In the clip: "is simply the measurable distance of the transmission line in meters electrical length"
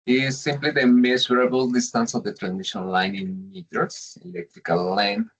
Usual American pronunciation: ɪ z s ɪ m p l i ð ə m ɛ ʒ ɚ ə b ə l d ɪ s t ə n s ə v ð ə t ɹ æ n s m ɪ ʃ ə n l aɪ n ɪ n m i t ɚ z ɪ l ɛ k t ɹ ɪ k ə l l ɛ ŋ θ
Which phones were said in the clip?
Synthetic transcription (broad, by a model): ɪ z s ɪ m p l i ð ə m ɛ s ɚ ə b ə l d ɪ s t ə n s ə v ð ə t ɹ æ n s ɪ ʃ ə n l aɪ n ɪ n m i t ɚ s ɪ l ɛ k t ɹ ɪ k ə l l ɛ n